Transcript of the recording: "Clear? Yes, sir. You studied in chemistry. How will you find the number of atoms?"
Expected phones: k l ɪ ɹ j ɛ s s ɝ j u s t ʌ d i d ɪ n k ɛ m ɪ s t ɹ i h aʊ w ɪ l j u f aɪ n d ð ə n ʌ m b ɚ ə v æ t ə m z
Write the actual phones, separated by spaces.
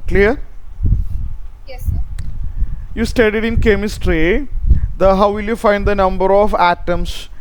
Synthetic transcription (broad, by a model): k l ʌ ɹ j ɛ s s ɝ j u s t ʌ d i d ɪ n k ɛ m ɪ s t ɹ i h aʊ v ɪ l j u f aɪ n d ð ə n ʌ m b ɚ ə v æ t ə m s